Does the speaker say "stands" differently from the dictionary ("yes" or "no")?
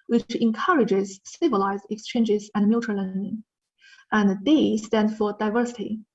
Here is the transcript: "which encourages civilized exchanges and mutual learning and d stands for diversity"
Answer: yes